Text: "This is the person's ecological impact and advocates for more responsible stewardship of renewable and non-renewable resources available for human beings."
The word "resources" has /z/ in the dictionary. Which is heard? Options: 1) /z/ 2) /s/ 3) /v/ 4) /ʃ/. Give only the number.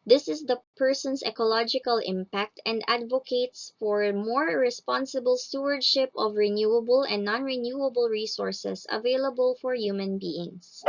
2